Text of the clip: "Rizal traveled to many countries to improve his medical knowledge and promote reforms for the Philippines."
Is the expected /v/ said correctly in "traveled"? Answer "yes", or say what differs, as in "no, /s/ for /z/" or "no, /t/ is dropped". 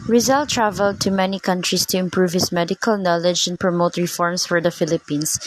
yes